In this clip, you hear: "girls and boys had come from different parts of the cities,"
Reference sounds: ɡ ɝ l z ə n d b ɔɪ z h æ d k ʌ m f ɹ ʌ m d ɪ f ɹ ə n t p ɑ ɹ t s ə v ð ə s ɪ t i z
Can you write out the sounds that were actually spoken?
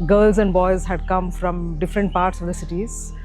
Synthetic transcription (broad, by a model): ɡ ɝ l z ə n d b ɔɪ z h æ d k ʌ m f ɹ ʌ m d ɪ f ɹ ə n t p ɑ ɹ t s ə v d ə s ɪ t i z